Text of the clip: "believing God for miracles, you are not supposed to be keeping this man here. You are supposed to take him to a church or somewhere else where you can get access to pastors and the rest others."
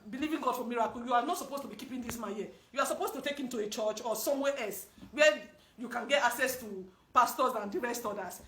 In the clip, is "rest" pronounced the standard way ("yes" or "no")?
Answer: yes